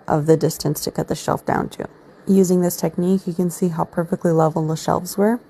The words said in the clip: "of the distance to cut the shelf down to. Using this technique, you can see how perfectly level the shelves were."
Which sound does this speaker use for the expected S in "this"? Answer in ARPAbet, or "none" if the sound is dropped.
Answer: S